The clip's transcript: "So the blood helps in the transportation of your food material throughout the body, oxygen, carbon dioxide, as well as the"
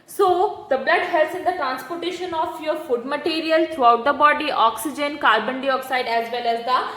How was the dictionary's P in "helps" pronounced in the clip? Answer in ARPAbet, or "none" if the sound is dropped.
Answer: none